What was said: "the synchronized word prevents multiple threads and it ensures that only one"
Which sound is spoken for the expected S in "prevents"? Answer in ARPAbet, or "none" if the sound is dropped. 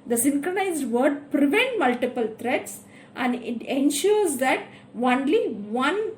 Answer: none